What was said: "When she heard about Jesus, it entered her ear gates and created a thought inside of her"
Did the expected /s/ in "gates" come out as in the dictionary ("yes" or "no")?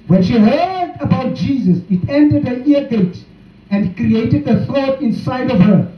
no